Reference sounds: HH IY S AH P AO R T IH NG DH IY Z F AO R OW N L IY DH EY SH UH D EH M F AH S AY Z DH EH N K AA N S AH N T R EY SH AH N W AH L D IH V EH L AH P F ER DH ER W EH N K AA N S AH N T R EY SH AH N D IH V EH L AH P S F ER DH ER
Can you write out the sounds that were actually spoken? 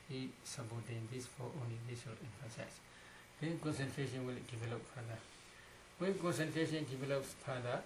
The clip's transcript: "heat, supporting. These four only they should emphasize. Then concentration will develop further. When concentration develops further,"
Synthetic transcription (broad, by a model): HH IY S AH B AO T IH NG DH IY S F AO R OW N L IY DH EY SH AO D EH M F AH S AY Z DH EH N K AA N S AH N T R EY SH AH N W AH L D IH V EH L AH P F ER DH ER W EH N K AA N S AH N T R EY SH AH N D IH V EH L AH P S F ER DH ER